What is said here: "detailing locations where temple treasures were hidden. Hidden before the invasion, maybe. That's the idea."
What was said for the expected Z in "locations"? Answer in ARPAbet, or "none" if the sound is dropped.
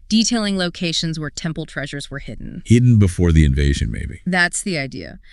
Z